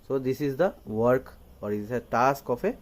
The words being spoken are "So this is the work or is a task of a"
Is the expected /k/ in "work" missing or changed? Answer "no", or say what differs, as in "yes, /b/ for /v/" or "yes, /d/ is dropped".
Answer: no